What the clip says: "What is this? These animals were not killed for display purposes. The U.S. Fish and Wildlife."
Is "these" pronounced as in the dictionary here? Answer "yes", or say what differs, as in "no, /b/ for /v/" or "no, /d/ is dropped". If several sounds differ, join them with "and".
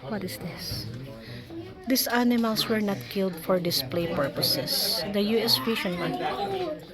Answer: no, /s/ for /z/